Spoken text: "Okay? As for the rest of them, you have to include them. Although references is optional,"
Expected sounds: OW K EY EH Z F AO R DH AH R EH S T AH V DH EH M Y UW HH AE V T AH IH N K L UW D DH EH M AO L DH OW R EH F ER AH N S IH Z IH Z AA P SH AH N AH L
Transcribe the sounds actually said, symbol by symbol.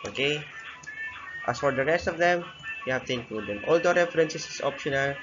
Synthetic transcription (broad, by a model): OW K EY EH S F AO R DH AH R EH S T AH V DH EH M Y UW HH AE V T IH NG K UW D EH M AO L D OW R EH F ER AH N S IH S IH S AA P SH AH N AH L